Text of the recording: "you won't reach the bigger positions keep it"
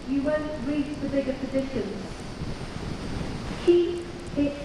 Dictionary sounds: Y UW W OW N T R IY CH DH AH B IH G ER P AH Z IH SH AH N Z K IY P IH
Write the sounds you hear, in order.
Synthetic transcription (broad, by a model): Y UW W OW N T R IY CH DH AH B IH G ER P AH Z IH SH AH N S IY IH